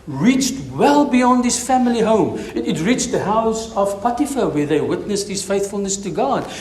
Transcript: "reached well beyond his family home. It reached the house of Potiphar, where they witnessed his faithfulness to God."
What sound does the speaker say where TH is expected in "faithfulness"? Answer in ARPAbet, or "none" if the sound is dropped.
TH